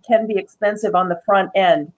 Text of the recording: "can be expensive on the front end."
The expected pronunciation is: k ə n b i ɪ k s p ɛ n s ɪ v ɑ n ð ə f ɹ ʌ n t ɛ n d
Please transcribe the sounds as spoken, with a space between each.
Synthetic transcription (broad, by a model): k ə n b i ɪ k s p ɛ n s ɪ v n ð ə f ɹ ʌ n t ɛ n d